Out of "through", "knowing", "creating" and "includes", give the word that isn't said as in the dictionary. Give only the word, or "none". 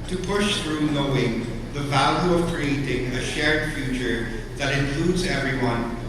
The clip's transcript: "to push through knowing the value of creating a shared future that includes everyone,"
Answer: none